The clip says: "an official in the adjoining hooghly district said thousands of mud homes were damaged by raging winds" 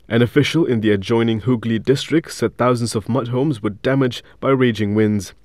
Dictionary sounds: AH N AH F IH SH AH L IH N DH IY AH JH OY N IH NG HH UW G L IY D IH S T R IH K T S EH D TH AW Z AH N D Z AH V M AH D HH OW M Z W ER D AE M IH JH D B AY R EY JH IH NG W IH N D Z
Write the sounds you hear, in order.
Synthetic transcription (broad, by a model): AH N AH F IH SH AH L IH N DH IY AH JH OY N IH NG HH UW G L IY D IH S T R IH K T S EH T TH AW Z AH N D Z AH V M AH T HH OW M Z W ER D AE M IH JH B AY R EY JH IH NG W IH N D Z